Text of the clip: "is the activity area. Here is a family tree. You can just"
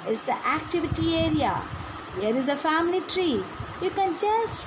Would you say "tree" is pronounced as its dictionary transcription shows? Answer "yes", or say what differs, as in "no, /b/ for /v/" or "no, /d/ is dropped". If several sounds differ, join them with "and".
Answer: yes